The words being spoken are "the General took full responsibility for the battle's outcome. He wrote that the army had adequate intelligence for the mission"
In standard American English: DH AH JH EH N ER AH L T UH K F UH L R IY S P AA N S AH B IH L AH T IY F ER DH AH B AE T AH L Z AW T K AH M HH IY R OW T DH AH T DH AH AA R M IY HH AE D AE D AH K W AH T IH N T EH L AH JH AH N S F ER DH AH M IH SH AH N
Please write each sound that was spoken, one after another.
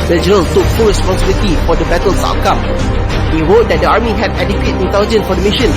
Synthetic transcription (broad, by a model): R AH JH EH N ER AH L T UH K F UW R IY S P AA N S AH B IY L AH T IY F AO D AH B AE T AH L S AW K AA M HH IY R OW T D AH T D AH AA R M IY HH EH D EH D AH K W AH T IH N T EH L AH JH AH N F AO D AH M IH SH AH N